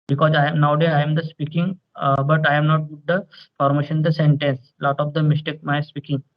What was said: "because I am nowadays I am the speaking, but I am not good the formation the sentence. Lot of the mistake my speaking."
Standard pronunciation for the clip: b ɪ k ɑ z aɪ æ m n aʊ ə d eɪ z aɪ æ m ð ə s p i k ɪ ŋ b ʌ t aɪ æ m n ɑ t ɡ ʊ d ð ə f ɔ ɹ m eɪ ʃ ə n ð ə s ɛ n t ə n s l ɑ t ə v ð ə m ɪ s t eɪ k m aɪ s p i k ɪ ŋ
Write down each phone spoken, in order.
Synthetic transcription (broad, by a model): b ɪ k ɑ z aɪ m n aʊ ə d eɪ aɪ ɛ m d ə s p i k ɪ ŋ b ʌ t aɪ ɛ m n ɑ t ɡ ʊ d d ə f ɔ ɹ m eɪ ʃ ə n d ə s ɛ n t ə n s l ɑ t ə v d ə m ɪ s t eɪ k m aɪ s p i k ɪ ŋ